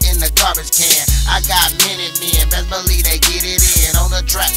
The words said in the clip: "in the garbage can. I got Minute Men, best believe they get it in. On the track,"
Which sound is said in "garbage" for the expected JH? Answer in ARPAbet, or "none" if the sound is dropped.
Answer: Z